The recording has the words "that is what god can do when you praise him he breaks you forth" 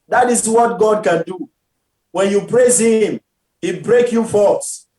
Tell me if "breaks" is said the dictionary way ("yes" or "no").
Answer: no